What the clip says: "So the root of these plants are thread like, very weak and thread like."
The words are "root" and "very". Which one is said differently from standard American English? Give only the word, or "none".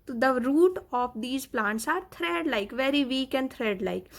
none